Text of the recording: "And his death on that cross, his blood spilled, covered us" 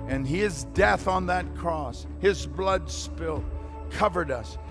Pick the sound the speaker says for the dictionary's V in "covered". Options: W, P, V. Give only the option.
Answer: V